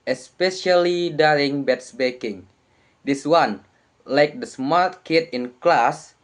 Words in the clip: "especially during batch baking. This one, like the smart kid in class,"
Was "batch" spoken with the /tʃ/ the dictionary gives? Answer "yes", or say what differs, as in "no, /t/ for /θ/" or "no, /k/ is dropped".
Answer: no, /s/ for /tʃ/